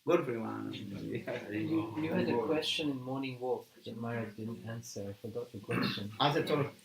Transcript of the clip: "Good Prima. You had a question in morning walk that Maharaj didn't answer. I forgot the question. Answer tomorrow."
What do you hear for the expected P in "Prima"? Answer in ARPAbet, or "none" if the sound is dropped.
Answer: F